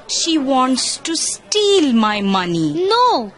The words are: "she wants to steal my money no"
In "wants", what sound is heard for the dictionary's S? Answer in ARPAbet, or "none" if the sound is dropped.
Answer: S